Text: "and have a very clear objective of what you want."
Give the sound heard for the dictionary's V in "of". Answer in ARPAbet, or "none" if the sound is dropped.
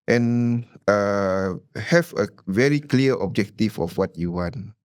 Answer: F